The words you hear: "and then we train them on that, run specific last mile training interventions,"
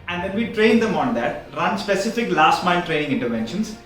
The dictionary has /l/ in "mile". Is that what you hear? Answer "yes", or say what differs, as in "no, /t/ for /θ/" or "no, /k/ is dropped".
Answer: no, /n/ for /l/